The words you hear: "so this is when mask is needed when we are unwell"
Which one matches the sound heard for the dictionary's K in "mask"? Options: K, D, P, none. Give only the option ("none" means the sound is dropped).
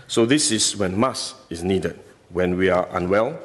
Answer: none